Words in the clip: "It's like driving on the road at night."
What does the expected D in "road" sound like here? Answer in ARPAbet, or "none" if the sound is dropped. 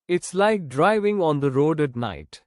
D